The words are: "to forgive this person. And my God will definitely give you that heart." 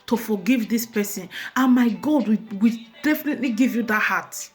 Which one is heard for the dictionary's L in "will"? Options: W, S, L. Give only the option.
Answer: W